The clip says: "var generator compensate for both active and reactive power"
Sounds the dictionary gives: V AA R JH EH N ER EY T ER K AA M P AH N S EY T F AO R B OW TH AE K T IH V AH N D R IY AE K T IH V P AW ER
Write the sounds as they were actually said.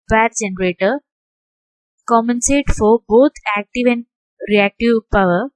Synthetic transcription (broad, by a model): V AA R JH EH N ER EY T ER K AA M AH N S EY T F AO R B OW T AE K T IH V AH N D R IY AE K T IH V P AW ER